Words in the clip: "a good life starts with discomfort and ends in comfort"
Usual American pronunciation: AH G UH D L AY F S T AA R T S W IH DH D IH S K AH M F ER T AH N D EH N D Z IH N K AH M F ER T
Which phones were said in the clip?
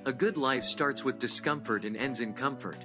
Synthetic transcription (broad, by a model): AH G UH D L AY F S T AA R T S W IH DH D IH S K AH M F ER T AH N EH N D Z IH N K AH M F ER T